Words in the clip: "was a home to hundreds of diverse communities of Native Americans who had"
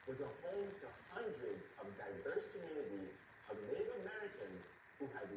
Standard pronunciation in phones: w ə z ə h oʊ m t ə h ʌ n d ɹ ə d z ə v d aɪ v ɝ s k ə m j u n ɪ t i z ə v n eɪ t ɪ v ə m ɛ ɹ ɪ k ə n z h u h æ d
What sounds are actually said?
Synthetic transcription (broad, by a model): w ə z ə h oʊ m t ə h ʌ n d ɹ ə d z ə v d aɪ v ɝ s k ə m j u n ɪ t i z ə v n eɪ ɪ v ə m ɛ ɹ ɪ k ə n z h u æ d